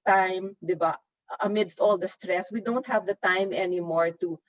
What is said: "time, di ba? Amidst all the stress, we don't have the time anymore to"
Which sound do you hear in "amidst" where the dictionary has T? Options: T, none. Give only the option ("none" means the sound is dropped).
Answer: T